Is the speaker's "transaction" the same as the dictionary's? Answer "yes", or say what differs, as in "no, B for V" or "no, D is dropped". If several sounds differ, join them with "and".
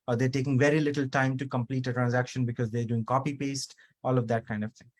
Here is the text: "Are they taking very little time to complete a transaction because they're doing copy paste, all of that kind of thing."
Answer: yes